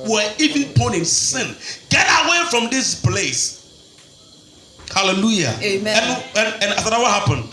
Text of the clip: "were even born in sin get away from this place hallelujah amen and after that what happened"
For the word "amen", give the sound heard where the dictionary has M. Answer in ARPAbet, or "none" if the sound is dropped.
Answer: none